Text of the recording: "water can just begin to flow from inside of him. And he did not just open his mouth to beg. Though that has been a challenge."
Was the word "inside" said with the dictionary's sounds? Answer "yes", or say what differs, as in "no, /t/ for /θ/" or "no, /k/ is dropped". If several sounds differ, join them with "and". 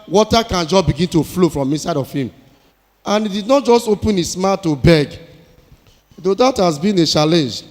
yes